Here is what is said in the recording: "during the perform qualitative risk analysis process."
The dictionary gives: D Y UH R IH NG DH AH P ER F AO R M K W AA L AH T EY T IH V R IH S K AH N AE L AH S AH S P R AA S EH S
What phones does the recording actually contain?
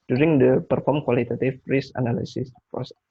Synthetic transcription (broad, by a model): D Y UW R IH NG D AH P ER F AO R M K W AA L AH T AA T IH F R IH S AH N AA L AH S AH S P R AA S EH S